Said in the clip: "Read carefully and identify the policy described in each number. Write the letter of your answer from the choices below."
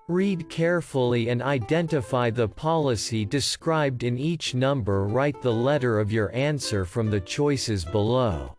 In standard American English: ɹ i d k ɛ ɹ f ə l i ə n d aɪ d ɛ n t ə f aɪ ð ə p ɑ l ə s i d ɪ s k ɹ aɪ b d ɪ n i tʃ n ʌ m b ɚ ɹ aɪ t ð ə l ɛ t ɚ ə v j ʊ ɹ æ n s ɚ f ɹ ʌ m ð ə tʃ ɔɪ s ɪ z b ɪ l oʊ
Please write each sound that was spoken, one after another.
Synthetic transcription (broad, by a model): ɹ i d k ɛ ɹ f l i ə n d aɪ d ɛ n t ə f aɪ ð ə p ɑ l ə s i d ɪ s k ɹ aɪ b d ɪ n i tʃ n ʌ m b ɚ ɹ aɪ t ð ə l ɛ t ɚ ə v j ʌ ɹ æ n s ɚ f ɹ ʌ m ð ə tʃ ɔɪ s ɪ z b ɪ l oʊ